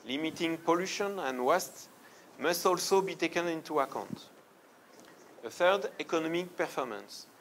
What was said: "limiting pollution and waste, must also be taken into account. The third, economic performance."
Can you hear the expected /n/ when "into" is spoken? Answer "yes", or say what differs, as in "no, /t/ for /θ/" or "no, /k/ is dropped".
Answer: yes